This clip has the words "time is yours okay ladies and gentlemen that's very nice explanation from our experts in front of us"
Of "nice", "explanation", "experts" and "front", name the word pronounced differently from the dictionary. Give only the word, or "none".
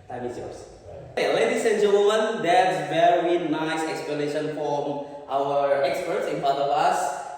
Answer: front